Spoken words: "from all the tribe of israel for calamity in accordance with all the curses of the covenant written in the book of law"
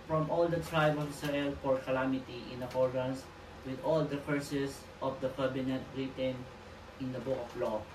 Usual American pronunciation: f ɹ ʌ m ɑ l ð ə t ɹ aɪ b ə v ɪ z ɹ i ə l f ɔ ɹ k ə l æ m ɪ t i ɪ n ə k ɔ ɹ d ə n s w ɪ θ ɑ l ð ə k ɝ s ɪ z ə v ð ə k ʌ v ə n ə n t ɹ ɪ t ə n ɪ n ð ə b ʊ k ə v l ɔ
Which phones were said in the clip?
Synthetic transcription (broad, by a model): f ɹ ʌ m ɑ l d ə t ɹ aɪ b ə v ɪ s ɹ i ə l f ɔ ɹ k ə l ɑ m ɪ t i ɪ n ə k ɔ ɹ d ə n s w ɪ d ɑ l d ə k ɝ s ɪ s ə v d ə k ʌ b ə n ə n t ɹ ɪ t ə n ɪ n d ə b ʊ k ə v l ɔ